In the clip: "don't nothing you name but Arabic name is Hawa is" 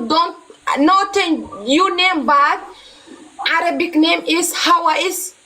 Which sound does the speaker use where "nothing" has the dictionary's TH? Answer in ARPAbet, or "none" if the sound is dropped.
T